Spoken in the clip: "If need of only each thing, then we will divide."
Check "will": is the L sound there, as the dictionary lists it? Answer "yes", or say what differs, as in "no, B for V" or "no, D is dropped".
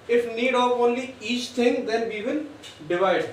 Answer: no, N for L